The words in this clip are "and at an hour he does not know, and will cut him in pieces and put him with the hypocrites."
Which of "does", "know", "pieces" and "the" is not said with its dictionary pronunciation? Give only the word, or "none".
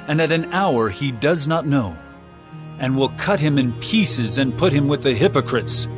none